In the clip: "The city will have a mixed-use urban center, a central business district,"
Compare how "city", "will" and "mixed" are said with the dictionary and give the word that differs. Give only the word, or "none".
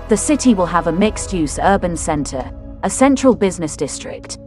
none